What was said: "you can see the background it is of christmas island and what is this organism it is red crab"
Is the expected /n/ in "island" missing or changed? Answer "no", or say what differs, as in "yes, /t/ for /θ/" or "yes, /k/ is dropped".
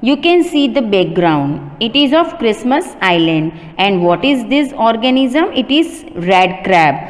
no